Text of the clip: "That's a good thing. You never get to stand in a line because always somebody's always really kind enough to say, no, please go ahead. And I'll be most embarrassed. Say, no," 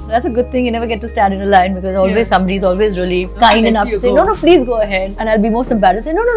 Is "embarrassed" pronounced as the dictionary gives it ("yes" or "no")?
no